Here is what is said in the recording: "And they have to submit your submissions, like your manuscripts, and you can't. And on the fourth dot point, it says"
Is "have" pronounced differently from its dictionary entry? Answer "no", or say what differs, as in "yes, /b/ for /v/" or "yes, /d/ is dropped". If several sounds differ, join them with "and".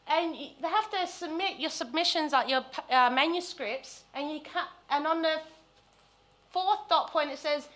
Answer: yes, /f/ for /v/